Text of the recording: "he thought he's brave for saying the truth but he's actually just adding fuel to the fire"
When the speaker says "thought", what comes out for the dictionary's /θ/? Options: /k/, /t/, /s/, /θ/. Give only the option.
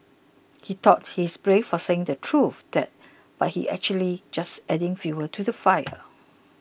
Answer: /t/